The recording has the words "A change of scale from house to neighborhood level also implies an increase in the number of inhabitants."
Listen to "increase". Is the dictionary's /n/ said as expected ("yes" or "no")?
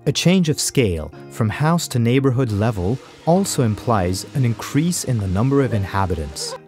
yes